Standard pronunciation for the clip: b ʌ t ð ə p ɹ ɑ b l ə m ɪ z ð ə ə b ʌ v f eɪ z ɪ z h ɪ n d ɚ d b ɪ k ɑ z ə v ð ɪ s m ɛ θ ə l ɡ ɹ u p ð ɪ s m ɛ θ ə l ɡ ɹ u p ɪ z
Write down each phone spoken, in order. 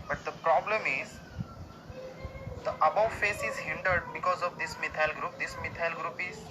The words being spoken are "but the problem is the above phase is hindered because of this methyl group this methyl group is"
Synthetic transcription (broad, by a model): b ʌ t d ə p ɹ ɑ b l ə m ɪ z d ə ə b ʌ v f eɪ s ɪ z h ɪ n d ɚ d b ɪ k ɑ z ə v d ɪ s m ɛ t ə l ɡ ɹ u p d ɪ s m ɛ t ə l ɡ ɹ u p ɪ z